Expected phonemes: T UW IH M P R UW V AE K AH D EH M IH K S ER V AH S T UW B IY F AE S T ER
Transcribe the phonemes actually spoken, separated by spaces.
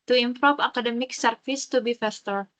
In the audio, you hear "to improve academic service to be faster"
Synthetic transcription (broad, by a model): T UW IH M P R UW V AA K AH D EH M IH K S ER F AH S T UW B IY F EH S T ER